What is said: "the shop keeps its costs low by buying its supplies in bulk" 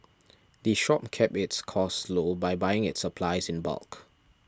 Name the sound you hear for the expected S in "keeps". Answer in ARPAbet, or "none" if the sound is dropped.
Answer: none